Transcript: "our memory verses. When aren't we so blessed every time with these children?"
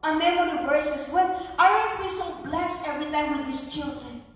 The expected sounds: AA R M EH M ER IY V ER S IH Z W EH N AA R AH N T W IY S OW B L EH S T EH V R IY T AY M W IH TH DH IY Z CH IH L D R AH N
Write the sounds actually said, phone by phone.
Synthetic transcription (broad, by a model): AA M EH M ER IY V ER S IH S W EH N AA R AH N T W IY S OW B L EH S T EH V R IY T AY M W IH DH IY S CH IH L D R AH N